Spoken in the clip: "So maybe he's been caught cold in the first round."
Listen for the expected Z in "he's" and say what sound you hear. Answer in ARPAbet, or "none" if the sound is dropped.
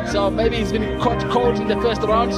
Z